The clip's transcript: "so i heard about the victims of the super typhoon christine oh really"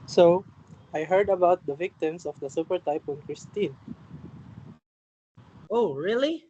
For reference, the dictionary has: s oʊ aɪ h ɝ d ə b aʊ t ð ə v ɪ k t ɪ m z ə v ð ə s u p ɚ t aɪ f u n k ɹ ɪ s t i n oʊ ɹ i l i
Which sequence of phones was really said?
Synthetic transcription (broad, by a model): s oʊ aɪ h ɝ d ə b aʊ t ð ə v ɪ k t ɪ m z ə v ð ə s u p ɚ t aɪ p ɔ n k ɹ ɪ s t i n oʊ ɹ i l i